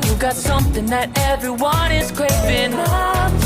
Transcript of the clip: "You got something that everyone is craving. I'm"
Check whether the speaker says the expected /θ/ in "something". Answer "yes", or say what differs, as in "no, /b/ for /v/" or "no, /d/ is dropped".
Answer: yes